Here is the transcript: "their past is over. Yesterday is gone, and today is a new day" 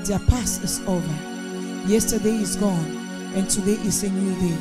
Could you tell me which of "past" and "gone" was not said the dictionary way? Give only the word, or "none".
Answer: past